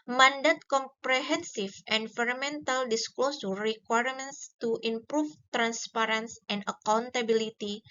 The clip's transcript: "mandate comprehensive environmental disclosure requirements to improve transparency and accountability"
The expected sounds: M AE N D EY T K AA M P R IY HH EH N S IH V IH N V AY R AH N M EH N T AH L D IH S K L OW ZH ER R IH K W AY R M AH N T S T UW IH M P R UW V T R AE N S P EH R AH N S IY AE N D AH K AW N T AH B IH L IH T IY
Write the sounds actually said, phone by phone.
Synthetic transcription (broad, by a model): M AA N D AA T K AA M P R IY HH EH N S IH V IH N F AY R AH M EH N T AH L D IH S K L OW S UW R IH K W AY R M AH N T S T UW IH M P R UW F T R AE N S P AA R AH N S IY N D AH K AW N T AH B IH L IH T IY